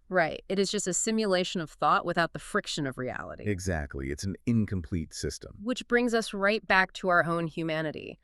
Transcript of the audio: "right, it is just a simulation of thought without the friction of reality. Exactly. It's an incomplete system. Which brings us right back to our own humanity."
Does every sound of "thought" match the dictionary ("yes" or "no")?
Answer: yes